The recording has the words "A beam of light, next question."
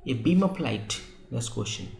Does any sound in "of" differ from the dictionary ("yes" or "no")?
yes